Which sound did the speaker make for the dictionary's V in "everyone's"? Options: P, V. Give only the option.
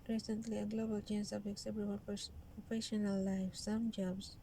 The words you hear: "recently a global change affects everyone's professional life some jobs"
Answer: P